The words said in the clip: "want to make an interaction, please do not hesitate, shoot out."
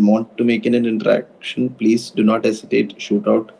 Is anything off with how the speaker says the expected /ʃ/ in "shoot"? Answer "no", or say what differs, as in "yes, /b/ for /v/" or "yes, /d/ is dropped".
no